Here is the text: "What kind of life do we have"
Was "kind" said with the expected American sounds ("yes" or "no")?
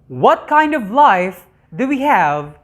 yes